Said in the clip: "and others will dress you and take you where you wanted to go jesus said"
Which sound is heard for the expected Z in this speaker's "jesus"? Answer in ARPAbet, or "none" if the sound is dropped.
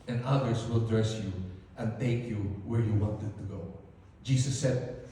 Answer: S